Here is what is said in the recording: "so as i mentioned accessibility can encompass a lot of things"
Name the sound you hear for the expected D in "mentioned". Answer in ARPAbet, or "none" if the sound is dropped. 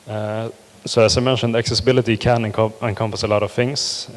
D